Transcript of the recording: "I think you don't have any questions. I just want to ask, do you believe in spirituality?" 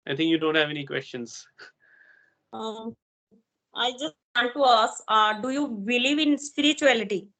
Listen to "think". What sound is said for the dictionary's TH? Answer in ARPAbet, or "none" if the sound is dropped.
T